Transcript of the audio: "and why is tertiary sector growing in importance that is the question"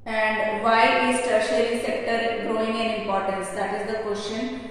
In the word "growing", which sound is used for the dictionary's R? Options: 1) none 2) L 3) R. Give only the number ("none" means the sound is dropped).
3